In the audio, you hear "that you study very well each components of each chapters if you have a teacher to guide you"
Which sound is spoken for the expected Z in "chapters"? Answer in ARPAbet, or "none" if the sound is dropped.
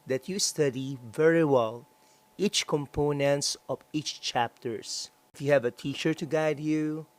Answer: S